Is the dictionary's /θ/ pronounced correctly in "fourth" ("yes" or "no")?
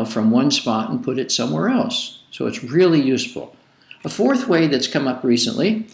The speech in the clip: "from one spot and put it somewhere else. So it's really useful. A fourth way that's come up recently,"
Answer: yes